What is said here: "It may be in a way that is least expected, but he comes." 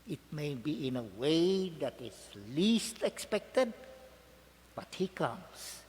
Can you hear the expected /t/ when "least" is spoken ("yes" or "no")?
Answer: yes